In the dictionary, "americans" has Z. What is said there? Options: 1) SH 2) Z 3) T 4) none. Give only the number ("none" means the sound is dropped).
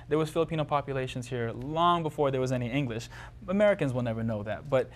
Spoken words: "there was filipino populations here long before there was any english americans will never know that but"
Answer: 2